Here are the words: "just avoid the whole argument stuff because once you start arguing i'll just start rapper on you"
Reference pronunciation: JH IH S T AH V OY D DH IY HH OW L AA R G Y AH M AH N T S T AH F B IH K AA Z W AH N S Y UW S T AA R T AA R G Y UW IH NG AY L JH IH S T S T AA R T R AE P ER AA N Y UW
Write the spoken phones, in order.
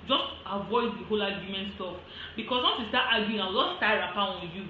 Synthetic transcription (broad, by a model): JH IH S T AH V OY D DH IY HH OW L AA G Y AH M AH N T S T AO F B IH K AA S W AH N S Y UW S T AA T AA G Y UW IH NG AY W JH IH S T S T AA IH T R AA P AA AA N Y UW